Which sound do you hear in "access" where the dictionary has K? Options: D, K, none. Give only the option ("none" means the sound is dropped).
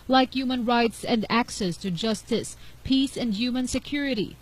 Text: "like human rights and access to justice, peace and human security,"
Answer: K